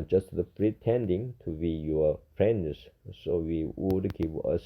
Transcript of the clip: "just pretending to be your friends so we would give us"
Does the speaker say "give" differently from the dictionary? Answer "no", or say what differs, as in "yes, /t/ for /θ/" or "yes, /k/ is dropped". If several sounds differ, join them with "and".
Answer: yes, /p/ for /v/